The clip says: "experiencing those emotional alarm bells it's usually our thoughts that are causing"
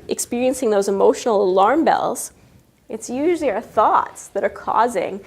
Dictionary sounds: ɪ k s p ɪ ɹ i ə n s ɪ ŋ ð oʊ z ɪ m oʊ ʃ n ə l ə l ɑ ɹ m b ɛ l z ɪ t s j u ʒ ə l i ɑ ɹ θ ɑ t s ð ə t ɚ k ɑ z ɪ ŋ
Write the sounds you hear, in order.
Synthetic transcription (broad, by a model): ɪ k s p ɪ ɹ i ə n s ɪ ŋ ð oʊ z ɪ m oʊ ʃ n l ə l ɑ ɹ m b ɛ l z ɪ t s j u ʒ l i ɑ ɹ θ ɑ t s ð ə t ɚ k ɑ z ɪ ŋ